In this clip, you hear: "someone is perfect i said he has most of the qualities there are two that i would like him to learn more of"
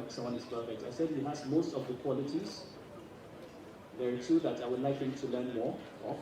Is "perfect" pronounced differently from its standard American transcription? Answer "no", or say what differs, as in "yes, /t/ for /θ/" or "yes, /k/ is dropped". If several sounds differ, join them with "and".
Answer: yes, /k/ is dropped